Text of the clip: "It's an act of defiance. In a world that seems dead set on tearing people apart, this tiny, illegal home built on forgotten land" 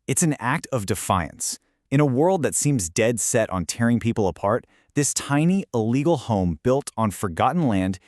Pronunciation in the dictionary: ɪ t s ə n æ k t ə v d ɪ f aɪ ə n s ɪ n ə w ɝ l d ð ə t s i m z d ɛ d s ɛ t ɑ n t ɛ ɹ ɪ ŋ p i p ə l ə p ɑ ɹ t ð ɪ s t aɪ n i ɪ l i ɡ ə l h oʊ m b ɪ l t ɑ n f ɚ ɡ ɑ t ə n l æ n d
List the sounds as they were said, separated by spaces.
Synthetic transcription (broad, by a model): ɪ t s n æ k t ə v d ɪ f aɪ ə n s ɪ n ə w ɝ l d ð ə t s i m z d ɛ d s ɛ t n t ɛ ɹ ɪ ŋ p i p l ə p ɑ ɹ t ð ɪ s t aɪ n i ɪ l i ɡ l h oʊ m b ɪ l t n f ɚ ɡ ɑ t n l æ n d